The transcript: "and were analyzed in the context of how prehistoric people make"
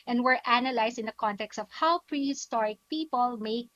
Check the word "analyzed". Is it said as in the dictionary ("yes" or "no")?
no